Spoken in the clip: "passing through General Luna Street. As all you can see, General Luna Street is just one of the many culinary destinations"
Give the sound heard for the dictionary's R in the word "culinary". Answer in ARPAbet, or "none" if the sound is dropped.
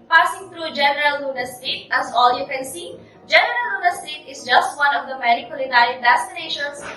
none